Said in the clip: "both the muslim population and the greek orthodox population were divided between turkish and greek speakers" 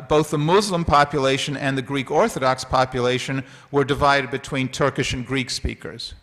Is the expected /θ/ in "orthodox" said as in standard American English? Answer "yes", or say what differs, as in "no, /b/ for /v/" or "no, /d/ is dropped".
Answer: yes